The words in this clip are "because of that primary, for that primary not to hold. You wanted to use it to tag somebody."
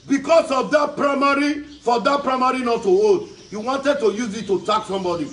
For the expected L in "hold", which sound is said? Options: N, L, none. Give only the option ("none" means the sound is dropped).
none